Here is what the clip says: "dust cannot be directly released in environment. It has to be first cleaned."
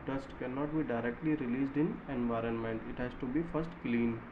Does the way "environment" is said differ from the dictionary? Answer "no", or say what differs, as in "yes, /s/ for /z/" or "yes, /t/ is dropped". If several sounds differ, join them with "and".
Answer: no